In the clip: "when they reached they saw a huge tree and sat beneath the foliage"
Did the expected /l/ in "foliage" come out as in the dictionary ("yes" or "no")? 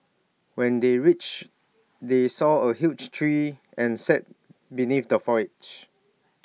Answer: no